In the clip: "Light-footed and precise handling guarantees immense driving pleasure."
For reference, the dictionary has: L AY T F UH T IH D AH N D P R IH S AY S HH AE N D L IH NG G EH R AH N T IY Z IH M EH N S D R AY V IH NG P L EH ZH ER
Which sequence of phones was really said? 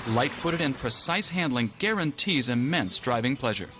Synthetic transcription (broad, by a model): L AY T F UH T IH D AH N P R IH S AY S HH AE N D L IH NG G EH R AH N T IY Z IH M EH N S D R AY V IH NG P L EH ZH ER